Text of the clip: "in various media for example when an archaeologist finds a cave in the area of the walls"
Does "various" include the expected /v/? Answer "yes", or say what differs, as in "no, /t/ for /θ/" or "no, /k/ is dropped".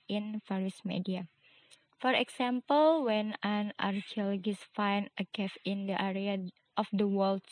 no, /f/ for /v/